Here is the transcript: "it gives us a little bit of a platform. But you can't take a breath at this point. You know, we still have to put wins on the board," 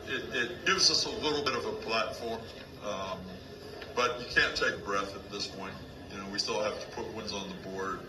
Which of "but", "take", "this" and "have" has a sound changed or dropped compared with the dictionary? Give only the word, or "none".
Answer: have